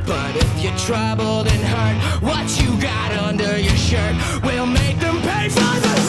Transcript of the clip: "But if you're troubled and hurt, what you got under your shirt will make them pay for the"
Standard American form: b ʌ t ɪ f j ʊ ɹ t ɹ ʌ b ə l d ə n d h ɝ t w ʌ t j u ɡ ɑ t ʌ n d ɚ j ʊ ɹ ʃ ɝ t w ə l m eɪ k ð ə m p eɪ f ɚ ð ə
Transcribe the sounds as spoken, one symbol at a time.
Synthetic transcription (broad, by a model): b ʌ t ɪ f j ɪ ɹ t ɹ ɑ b l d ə n h ɝ t w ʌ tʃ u ɡ ɑ t ʌ n d ɚ j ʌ ɹ ʃ ɝ t w ə l m eɪ k ð ə m p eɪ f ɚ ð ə